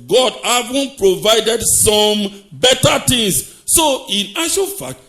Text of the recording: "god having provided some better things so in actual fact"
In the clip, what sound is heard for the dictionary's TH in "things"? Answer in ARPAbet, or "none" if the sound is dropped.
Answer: T